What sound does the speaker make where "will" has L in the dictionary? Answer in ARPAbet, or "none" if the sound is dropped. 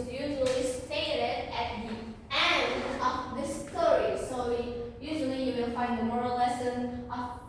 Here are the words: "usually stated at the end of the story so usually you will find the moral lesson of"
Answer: N